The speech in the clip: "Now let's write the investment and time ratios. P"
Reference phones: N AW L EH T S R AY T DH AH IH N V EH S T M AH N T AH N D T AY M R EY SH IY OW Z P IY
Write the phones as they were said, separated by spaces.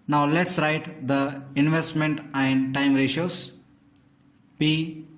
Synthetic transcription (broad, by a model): N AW L EH T S R AY T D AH IH N V EH S T M AH N T AH N D T AY M R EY SH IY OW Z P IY